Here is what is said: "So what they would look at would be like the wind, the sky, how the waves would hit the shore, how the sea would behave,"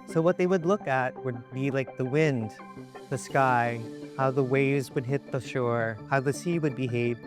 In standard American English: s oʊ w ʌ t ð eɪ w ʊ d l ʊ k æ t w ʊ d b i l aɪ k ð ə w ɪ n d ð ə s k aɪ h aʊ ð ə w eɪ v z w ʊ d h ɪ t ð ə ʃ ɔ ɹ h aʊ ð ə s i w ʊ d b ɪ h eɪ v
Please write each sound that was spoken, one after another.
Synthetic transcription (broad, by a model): s oʊ w ʌ t ð eɪ w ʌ d l ʊ k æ t w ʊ d b i l aɪ k ð ə w ɪ n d ð ə s k aɪ h aʊ ð ə w eɪ v z w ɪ d h ɪ t ð ə ʃ ɔ ɹ h aʊ ð ə s i w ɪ d b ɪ h eɪ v